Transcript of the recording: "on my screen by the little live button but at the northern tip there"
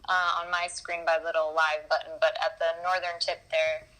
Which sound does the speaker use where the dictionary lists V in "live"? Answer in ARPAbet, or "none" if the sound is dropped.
V